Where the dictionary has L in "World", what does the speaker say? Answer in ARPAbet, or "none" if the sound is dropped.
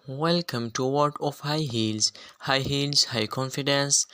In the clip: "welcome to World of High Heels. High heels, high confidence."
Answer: none